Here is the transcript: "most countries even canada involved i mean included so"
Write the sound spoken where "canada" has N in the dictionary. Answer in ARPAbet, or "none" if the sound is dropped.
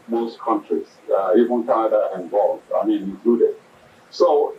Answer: none